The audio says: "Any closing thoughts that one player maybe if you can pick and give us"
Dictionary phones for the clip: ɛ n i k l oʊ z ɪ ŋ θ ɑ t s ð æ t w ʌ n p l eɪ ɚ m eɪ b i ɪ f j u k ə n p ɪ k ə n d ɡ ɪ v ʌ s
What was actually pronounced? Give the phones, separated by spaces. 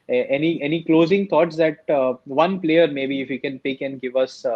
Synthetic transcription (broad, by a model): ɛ n i k l oʊ z ɪ ŋ t ɑ t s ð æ t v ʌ n p l eɪ ɚ m eɪ b i ɪ f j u k ə n p ɪ k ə n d ɡ ɪ v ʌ s